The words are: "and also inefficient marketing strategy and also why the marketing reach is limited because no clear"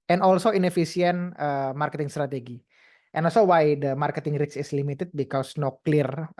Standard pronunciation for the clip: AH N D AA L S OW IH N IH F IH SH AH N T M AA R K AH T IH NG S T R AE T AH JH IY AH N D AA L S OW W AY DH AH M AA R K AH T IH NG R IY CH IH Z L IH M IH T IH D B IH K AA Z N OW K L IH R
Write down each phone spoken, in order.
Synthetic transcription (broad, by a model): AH N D AA L S OW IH N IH F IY S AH N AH M AA R K AH T IH NG S T R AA T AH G IY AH N AA L S OW W AY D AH M AA R K AH T IH NG R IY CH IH S L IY M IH T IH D B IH K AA S N OW K L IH R